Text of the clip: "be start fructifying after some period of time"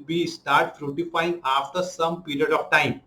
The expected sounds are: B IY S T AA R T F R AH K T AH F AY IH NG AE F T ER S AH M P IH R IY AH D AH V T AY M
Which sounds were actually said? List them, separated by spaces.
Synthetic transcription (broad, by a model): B IY S T AA R T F R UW T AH F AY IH NG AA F T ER S AH M P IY R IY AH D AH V T AY M